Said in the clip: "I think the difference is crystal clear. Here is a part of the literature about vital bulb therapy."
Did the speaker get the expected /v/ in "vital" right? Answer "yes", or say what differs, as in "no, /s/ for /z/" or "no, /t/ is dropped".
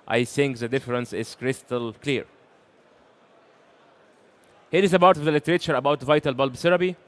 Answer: yes